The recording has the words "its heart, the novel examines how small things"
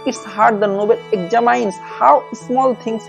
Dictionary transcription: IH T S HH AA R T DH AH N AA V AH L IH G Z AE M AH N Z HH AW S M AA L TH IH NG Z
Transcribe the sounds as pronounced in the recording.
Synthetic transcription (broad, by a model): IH T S HH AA R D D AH N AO B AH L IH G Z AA M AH N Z HH AW S M AA L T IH NG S